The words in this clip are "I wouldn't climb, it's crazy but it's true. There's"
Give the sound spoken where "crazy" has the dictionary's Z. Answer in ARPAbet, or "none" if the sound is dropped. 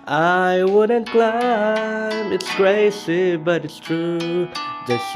S